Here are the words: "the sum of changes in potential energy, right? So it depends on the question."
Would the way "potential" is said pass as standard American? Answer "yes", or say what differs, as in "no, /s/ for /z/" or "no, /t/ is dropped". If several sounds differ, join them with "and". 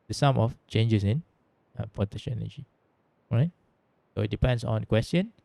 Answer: no, /n/ is dropped